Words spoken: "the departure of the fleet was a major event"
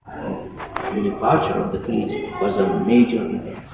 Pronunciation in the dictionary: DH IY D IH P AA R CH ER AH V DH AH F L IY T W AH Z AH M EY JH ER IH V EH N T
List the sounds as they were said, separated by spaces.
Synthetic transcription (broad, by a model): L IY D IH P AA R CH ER AH V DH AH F IY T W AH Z AH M EY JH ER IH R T